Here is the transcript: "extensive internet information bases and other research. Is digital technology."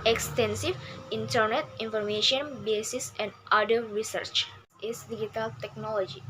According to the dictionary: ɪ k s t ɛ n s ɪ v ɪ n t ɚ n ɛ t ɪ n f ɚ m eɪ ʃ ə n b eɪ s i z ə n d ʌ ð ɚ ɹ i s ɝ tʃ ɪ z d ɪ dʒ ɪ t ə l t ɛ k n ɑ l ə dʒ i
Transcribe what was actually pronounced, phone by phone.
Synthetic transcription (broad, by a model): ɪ k s t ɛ n s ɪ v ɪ n t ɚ n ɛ t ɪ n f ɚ m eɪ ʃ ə n b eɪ s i s ə n d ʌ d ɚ ɹ i s ɝ tʃ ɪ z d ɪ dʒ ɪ t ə l t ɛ k n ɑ l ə dʒ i